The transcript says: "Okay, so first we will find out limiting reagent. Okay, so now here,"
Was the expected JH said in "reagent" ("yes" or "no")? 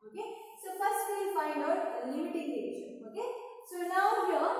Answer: no